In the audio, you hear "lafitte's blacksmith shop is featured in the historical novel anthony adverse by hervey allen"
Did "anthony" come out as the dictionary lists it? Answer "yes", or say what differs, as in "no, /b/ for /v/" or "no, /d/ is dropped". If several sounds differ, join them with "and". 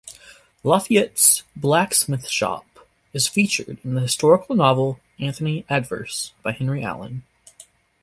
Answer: yes